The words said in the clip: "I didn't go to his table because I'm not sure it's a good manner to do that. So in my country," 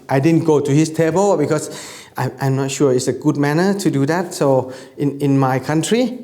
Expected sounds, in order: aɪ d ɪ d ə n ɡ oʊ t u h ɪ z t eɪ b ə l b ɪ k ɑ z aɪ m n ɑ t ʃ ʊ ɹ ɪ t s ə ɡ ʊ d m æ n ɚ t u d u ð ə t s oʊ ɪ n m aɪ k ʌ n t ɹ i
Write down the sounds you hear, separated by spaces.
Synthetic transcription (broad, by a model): aɪ d ɪ d ə n ɡ oʊ t u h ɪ s t eɪ b ə l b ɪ k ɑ s aɪ m n ɑ t ʃ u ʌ ɪ t s ə ɡ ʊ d m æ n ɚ t u d u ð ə t s oʊ ɪ n m aɪ k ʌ n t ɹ i